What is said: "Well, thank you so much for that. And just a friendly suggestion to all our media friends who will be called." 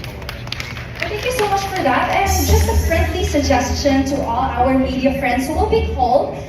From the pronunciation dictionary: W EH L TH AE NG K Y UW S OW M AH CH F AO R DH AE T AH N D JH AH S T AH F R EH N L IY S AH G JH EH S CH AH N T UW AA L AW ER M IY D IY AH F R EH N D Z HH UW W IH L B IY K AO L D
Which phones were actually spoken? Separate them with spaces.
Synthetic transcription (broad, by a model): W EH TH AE NG K Y UW S OW M AH CH F AO R DH AE T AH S JH AH S T AH P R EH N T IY S AH G JH EH S CH AH N T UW AA L AW ER M IY D IY AH F R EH N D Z HH UW W IH L B IY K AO L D